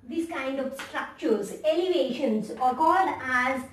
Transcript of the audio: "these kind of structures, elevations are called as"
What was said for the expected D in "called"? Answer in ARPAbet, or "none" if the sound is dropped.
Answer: D